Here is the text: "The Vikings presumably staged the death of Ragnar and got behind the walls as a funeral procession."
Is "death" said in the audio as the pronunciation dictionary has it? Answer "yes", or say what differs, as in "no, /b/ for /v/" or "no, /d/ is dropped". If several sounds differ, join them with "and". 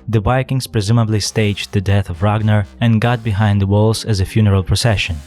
yes